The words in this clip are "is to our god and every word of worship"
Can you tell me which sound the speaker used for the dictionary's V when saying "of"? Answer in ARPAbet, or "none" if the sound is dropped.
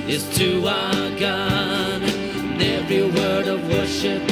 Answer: V